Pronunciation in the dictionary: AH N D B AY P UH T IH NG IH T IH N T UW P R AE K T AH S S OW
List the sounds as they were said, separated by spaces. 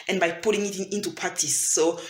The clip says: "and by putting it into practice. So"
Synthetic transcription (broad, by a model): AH N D B AY P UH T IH NG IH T IH N T UW P AA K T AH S S OW